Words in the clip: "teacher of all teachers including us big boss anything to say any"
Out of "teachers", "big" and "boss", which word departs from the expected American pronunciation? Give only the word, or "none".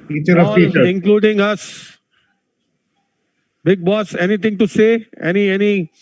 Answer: teachers